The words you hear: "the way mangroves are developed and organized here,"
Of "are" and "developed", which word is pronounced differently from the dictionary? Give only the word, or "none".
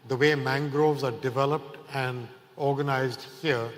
none